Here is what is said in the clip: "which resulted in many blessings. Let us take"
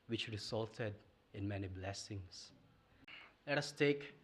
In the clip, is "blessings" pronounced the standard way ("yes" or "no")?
no